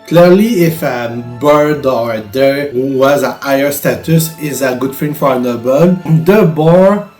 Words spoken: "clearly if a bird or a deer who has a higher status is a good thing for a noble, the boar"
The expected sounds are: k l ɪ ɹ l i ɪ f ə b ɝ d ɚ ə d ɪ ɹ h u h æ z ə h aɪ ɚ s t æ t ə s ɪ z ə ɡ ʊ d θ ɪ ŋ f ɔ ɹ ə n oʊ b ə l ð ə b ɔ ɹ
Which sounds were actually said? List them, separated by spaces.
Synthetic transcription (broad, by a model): k l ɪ ɹ l i ɪ f ə b ɝ d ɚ ə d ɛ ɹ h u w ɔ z ə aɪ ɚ s t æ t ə s ɪ z ə ɡ ʊ d f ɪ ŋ f ɔ ɹ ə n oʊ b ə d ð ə b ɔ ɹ